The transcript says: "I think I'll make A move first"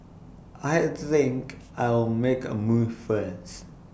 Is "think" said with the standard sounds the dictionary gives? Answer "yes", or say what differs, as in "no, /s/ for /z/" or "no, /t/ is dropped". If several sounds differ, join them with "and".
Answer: yes